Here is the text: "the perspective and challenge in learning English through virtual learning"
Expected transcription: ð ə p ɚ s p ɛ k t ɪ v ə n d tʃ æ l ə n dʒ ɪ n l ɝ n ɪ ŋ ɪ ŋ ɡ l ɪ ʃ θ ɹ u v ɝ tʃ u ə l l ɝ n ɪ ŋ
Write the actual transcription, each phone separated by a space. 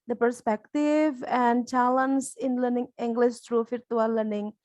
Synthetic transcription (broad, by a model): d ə p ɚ s p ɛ k t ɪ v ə n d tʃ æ l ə n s ɪ n l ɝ n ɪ ŋ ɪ ŋ ɡ l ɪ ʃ t ɹ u f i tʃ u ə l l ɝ n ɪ ŋ